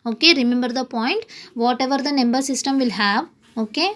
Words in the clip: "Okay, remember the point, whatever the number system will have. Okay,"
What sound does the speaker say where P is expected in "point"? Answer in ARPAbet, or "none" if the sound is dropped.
P